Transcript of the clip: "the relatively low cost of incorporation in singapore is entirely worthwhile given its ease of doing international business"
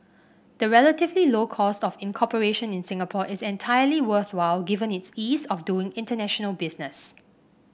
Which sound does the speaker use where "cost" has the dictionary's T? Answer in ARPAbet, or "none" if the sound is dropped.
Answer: T